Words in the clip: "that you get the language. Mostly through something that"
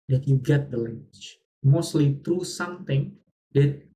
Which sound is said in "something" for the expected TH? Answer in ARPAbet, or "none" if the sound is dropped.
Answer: T